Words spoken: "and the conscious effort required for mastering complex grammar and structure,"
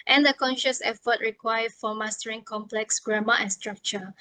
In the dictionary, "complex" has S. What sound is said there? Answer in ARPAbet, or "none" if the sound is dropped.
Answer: S